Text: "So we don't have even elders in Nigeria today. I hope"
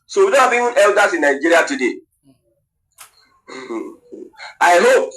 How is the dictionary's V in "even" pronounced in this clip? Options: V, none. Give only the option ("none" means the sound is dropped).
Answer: none